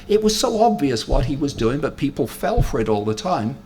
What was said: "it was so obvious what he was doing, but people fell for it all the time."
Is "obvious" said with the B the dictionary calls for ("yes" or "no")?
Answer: yes